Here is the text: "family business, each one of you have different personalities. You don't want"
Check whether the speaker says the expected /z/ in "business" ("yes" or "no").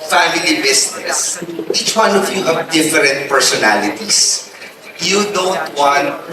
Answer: no